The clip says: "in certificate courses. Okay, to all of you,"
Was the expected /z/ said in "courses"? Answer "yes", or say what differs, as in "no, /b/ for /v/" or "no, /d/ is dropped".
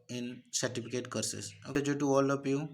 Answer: no, /s/ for /z/